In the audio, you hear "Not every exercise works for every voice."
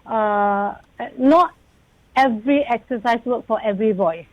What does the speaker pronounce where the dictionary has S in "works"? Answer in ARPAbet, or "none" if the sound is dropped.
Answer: none